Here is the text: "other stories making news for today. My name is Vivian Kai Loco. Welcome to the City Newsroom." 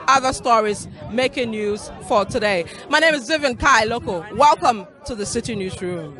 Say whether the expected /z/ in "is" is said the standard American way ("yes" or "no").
yes